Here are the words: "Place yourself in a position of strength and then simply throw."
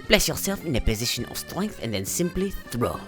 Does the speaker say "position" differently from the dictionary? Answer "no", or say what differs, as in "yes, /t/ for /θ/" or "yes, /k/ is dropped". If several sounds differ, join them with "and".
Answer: no